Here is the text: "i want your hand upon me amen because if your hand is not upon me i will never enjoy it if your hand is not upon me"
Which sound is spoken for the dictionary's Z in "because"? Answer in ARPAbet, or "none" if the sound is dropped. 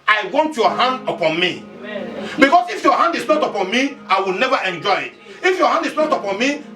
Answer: S